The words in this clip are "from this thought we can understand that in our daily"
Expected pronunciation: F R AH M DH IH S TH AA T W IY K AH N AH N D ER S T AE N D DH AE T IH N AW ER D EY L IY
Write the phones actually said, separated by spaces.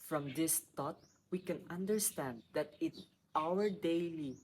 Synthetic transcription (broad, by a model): F R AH M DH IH S T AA T W IY K AH N AH N D ER S T AE N D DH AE T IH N AW ER D EY L IY